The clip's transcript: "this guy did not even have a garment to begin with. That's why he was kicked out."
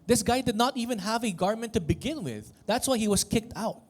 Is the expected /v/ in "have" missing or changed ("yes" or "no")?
no